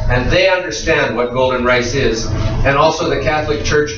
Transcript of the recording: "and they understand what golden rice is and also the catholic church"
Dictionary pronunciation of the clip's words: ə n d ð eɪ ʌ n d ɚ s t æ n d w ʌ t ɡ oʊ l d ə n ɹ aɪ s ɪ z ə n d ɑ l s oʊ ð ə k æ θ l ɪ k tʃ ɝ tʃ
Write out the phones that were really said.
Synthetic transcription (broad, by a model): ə n ð eɪ ʌ n d ɚ s t æ n d w ʌ t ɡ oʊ l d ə n ɹ aɪ s ɪ z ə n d ɑ l s oʊ ð ə k æ θ l ɪ k tʃ ɝ tʃ